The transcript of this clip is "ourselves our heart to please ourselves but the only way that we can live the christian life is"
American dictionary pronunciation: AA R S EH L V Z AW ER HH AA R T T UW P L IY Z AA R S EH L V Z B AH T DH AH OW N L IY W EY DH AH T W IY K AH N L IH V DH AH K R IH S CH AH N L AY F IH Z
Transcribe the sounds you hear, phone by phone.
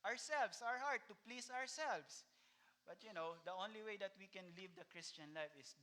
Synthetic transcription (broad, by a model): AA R S EH L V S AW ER HH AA R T T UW P L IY S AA R S EH L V S B AH T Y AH OW N L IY W EY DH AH T W IY K AH N L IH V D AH K R IH S CH AH N L AY F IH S